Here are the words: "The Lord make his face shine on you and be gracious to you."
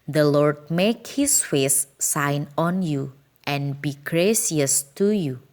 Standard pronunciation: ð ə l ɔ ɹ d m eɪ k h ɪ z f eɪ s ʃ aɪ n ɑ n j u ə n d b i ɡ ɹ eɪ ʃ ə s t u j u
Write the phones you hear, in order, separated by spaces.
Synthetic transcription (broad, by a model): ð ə l ɔ ɹ d m eɪ k h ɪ s f eɪ s aɪ n ɑ n j u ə n b i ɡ ɹ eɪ s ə s t u j u